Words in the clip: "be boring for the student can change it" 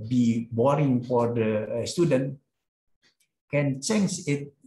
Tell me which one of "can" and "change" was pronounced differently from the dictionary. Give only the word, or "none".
change